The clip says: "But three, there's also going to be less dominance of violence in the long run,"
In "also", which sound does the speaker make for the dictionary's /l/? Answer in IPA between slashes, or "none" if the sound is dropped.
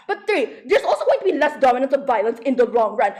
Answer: /l/